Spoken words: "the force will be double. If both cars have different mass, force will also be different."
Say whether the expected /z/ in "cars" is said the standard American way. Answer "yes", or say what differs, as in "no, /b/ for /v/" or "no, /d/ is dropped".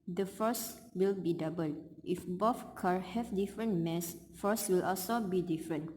no, /z/ is dropped